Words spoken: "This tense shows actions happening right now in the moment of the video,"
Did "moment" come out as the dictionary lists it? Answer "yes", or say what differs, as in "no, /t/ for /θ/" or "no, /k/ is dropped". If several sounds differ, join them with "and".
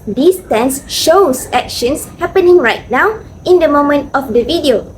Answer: yes